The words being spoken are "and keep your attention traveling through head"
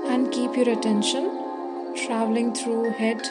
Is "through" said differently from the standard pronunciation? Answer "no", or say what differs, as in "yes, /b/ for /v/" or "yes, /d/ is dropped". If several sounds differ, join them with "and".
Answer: yes, /t/ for /θ/